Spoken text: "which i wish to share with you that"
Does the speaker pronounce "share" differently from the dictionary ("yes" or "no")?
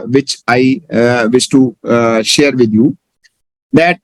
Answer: no